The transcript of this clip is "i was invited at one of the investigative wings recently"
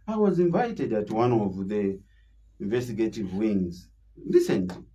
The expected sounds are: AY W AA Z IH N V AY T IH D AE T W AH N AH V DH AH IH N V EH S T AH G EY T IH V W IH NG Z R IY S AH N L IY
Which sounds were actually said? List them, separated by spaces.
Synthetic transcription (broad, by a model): AY W AA Z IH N V AY T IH D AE T W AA N AH V DH AH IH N V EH S T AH G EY T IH V W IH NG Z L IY S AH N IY